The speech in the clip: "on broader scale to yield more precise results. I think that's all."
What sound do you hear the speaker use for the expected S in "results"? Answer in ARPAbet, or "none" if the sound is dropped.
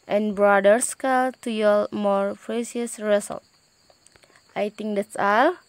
none